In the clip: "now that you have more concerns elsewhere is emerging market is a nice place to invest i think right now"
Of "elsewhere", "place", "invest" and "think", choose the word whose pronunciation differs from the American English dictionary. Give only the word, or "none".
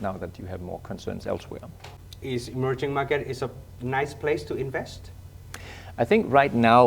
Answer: none